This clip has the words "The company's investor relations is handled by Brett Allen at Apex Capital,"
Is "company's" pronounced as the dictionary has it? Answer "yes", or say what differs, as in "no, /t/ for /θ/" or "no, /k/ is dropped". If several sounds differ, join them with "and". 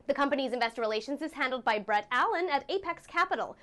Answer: yes